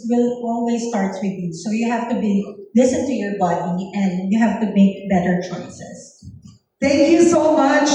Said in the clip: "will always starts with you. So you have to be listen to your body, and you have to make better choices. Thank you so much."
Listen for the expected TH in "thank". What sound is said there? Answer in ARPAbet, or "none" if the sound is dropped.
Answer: T